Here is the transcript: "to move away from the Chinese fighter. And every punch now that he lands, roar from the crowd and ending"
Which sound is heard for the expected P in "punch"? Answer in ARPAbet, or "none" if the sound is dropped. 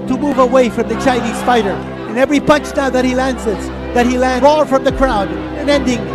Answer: P